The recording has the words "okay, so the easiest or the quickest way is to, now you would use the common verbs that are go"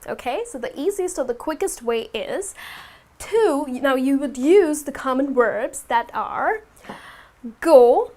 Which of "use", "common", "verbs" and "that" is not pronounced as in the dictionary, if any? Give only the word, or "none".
verbs